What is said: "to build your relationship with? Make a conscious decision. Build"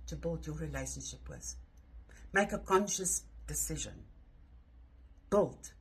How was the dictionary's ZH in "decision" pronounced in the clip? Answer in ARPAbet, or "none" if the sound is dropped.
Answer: ZH